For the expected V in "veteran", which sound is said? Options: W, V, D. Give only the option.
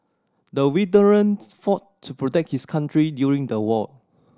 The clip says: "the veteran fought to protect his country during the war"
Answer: W